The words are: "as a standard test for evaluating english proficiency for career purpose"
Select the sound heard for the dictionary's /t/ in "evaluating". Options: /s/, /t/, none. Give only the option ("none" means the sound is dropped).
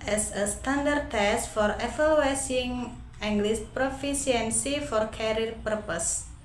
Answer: /s/